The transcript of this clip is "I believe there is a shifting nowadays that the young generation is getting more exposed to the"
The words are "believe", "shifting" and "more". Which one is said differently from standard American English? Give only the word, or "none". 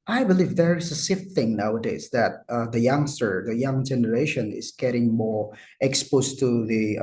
shifting